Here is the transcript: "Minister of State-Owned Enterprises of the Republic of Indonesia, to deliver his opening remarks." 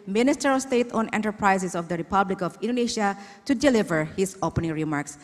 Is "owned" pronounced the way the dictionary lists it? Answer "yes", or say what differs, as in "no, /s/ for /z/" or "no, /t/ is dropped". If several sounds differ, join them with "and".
no, /d/ is dropped